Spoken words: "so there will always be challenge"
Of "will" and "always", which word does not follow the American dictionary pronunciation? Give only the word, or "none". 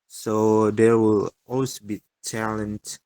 always